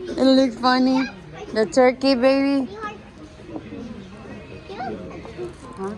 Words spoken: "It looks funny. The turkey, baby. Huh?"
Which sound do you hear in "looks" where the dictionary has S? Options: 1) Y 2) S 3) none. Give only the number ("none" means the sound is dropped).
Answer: 3